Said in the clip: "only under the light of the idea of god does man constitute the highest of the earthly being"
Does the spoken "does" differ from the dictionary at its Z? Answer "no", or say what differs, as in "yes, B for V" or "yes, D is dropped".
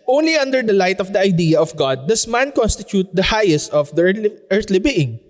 yes, S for Z